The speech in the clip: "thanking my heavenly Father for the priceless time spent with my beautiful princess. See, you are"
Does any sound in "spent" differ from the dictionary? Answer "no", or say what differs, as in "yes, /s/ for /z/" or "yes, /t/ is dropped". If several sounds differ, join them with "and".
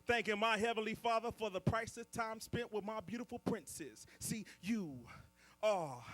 no